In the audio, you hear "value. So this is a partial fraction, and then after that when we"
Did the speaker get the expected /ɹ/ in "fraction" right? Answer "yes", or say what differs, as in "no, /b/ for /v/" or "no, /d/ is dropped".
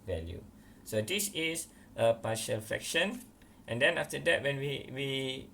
no, /ɹ/ is dropped